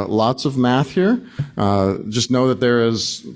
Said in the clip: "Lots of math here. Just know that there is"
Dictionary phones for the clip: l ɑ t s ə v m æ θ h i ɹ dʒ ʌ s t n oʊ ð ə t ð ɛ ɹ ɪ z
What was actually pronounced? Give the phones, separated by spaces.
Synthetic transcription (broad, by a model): l ɑ t s ə v m æ θ h i ɹ dʒ ʌ s t n oʊ ð ə t ð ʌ ɹ ɪ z